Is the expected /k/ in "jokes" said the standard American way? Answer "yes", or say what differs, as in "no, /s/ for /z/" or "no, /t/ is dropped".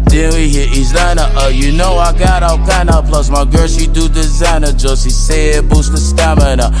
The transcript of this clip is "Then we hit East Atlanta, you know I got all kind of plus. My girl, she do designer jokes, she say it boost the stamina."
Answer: no, /k/ is dropped